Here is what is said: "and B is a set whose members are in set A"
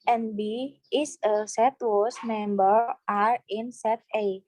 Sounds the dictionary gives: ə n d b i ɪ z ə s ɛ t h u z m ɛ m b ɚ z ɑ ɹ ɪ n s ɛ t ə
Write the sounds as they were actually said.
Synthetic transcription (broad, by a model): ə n b i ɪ s ə s ɛ t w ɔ s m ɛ m b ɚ ɑ ɹ ɪ n s ɛ t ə